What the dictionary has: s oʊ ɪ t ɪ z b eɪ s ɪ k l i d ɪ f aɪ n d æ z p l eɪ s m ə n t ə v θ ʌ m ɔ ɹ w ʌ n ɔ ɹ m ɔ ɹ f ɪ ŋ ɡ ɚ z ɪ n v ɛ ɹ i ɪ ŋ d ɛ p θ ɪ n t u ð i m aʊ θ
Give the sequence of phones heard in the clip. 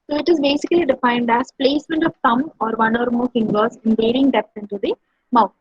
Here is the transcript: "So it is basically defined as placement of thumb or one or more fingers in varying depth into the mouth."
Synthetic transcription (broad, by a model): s oʊ ɪ t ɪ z b eɪ s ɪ k l i d ɪ f aɪ n d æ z p l eɪ s m ə n t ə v t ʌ m ɔ ɹ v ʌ n ɔ ɹ m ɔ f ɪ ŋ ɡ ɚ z ɪ n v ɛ ɹ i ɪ ŋ d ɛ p s ɪ n t u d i m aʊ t